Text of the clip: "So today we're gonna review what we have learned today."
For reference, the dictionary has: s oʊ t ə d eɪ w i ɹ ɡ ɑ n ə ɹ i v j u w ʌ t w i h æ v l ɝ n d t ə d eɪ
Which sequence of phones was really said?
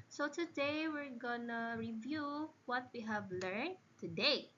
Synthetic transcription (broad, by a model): s oʊ t ə d eɪ w i ɹ ɡ ɑ n ə ɹ i v j u w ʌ t w i h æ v l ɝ n t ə d eɪ